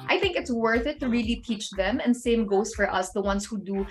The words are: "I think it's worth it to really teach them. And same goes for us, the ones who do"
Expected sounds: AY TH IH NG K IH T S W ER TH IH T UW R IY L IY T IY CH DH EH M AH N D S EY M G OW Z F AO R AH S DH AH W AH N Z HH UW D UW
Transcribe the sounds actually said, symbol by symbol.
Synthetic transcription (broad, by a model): AY TH IH NG K IH T S W ER TH IH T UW R IY L IY T IY CH DH EH M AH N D S EY M G OW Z F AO R AH S DH AH W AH N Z HH UW D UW